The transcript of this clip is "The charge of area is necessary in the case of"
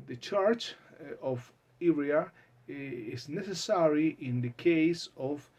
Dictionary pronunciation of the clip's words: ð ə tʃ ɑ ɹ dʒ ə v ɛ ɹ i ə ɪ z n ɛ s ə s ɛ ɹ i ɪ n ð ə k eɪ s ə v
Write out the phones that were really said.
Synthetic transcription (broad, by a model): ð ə tʃ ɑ ɹ tʃ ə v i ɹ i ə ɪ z n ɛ s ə s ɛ ɹ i ɪ n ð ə k eɪ s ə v